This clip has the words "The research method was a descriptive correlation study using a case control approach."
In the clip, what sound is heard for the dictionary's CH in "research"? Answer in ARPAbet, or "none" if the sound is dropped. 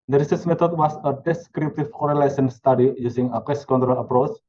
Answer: S